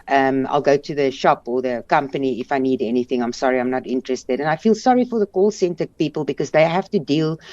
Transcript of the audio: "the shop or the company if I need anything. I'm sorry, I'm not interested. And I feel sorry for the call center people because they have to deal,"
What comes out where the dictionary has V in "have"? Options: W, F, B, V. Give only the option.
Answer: F